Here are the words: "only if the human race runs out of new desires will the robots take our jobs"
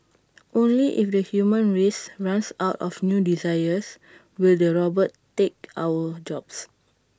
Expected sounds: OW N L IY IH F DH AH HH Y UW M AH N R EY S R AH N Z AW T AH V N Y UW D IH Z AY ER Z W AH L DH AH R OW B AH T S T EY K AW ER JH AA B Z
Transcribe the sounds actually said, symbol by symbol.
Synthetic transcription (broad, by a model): OW N L IY IH F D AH HH Y UW M AH N R EY S R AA N S AW T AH F N Y UW D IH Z AY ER S W AH L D AH R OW B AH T T EY K AW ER JH AA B S